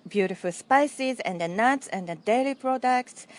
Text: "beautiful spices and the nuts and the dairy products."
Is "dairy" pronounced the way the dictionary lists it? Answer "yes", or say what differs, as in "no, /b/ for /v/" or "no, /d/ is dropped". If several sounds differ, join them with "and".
no, /l/ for /ɹ/